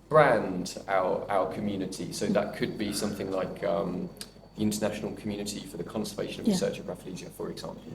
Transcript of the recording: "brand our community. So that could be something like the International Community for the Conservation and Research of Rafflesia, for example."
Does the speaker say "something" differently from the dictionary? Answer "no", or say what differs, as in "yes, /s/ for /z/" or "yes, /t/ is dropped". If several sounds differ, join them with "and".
no